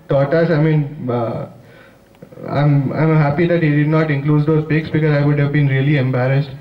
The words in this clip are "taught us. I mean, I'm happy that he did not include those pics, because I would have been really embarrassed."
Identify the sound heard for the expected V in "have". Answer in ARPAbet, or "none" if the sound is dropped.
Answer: V